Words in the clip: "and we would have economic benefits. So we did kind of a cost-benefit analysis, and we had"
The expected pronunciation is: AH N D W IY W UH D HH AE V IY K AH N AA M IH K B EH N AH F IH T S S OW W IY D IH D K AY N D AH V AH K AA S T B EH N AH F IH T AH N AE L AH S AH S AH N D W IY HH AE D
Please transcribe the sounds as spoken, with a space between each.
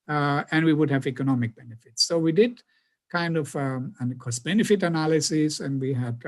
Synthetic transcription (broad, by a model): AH N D W IY W UH D HH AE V IY K AH N AA M IH K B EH N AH F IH T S S OW W IY D IH D K AY N D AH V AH K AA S B EH N AH F IH T AH N AE L AH S AH S AH N D W IY HH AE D